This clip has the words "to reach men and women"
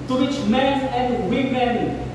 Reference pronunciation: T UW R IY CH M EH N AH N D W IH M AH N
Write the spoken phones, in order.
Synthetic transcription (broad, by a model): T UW W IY CH M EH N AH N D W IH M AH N